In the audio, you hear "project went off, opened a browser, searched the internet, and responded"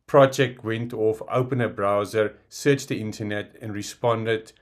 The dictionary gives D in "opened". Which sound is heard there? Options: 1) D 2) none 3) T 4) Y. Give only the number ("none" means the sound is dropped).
2